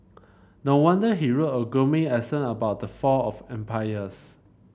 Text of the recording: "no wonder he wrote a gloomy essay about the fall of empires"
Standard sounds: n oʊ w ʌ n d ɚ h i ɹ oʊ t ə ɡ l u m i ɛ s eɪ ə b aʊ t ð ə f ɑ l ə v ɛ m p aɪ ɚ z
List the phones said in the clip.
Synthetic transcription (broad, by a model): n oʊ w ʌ n d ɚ h i ɹ oʊ t ə ɡ ɔ m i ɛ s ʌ ə b aʊ t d ə f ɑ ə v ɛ m p aɪ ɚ s